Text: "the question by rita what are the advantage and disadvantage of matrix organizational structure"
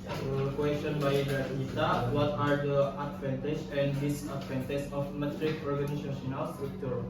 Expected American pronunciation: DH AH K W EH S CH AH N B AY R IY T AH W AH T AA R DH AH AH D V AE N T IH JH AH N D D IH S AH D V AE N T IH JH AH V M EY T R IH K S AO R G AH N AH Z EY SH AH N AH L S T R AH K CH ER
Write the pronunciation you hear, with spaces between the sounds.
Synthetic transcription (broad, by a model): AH K W EH S CH AH N B AY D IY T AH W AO T AA R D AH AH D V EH N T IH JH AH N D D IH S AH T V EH N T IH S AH F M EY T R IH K AO R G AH N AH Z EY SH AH N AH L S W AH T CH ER